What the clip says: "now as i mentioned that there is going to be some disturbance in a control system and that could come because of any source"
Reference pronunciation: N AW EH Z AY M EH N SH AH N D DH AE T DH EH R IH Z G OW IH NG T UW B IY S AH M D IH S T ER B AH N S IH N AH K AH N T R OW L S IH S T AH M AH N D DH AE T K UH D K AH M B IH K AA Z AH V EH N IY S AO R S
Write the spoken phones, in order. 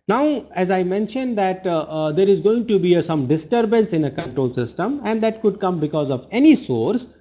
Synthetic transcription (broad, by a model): N AW EH Z AY M EH N SH AH N D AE T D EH R IH Z G OW IH NG T UW B IY S AH M D IH S T ER B AH N S IH N AH K AH N T R OW L S IH S T AH M AH N D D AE T K UH D K AH M B IH K AA Z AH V EH N IY S AO R S